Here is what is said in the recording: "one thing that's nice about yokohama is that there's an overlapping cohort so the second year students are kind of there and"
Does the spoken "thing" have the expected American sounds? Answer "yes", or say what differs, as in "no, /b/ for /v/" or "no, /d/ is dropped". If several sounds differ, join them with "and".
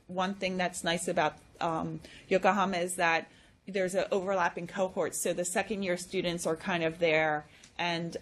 yes